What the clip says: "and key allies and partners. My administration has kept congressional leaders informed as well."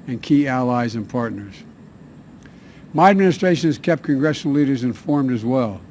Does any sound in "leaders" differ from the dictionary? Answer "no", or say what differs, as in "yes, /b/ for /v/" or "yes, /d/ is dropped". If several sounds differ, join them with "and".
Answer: no